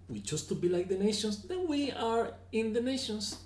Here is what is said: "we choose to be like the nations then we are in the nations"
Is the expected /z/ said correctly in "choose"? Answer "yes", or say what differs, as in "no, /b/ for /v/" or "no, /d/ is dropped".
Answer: no, /s/ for /z/